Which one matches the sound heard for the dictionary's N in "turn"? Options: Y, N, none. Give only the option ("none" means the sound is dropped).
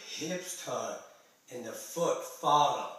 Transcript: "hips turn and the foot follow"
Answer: none